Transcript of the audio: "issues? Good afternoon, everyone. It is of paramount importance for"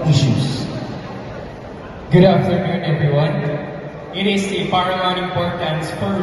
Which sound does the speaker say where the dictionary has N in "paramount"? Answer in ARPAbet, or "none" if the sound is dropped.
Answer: none